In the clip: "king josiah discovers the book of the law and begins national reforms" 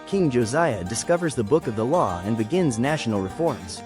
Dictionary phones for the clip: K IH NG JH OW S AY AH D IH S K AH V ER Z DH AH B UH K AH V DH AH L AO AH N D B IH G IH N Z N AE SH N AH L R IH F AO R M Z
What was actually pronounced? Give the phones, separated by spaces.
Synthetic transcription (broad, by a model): K IH NG JH OW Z AY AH D IH S K AH V ER Z DH AH B UH K AH V DH AH L AO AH N B IH G IH N Z N AE SH N L R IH F AO R M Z